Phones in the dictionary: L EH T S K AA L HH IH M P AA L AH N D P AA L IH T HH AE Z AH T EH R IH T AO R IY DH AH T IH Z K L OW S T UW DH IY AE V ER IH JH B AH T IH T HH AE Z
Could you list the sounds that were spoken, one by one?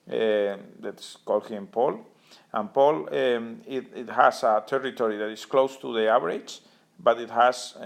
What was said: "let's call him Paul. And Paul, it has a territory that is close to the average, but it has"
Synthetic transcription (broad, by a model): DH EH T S K AA L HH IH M P AA L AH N P AA L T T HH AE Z AH T EH R IH T AO R IY DH AH T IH S K L OW S T UW DH IY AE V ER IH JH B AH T IH T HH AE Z